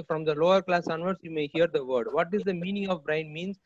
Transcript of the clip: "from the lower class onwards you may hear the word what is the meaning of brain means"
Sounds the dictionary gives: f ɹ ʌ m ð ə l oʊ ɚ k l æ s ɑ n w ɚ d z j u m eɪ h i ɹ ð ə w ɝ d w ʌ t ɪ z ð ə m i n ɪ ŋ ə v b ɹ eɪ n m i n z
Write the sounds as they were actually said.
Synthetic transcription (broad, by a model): f ɹ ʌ m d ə l oʊ ɚ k l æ s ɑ n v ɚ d s j u m eɪ h i ɹ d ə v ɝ d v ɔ t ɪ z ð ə m i n ɪ ŋ ə v b ɹ eɪ n m i n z